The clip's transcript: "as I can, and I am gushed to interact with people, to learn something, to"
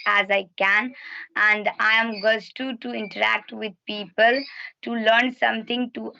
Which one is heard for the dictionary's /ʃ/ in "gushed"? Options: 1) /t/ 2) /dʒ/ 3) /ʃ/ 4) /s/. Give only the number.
4